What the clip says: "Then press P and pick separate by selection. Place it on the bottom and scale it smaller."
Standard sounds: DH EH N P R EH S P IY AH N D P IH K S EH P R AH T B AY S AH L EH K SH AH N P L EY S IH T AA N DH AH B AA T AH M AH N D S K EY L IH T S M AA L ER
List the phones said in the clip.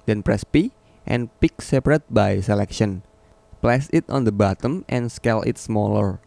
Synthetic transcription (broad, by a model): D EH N P R EH S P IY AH N P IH K S EH P R AH T B AY S AH L EH K SH AH N P L EY S IH T AA N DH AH B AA T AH M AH N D S K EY L IH T S M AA L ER